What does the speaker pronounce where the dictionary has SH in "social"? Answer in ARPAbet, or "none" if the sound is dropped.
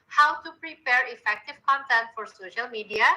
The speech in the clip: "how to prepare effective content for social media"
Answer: SH